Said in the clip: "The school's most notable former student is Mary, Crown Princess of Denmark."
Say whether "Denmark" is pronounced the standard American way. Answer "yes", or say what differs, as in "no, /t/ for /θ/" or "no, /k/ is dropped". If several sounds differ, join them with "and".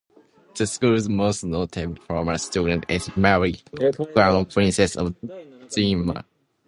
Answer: no, /n/ is dropped